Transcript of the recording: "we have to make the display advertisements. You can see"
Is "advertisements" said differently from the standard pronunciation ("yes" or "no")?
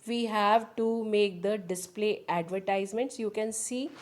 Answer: no